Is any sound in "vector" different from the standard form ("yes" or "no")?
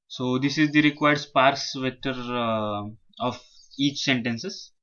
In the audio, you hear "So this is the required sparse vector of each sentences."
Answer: yes